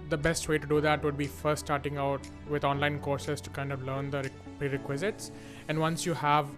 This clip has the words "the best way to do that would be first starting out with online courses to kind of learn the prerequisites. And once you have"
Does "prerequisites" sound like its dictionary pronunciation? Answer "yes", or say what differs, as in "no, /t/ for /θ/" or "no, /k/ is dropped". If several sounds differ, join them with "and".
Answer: yes